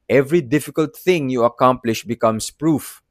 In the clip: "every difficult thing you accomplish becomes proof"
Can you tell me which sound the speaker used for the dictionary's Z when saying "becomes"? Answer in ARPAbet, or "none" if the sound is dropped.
S